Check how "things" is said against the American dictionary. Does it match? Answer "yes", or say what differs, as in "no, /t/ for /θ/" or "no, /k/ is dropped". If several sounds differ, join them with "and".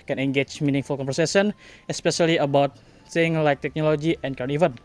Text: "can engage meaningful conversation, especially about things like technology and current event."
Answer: no, /s/ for /θ/